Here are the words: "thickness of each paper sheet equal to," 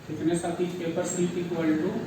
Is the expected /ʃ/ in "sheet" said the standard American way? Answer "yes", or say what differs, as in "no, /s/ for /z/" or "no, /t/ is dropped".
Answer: no, /s/ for /ʃ/